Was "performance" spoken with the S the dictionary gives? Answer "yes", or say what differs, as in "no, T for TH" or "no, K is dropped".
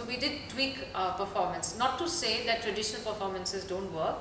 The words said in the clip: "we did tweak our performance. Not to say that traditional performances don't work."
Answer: yes